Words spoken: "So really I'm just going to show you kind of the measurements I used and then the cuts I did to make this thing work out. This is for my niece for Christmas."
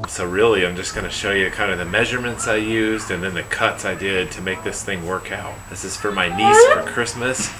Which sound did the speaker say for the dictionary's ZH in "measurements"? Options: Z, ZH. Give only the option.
ZH